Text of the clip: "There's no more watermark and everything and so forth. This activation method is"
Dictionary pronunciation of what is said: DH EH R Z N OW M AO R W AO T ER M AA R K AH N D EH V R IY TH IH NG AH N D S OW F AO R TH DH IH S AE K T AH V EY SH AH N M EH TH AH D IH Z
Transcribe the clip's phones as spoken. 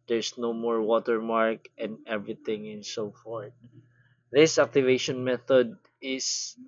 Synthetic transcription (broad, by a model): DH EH R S N OW M AO R W AO T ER M AA R K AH N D EH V R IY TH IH NG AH N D S OW F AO R T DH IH S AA K T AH V EY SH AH N M EH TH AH D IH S